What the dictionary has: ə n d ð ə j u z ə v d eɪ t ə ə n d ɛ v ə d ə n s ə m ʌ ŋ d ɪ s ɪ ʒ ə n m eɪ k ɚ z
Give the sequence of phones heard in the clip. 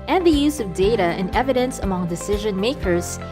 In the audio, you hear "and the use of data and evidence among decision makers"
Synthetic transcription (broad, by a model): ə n ð ə j u z ə v d eɪ t ə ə n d ɛ v ə d ə n s ə m ʌ ŋ d ɪ s ɪ ʒ ə n m eɪ k ɚ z